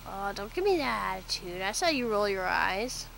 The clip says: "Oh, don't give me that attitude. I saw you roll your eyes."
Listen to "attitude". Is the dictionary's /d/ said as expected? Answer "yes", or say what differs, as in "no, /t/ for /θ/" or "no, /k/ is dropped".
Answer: yes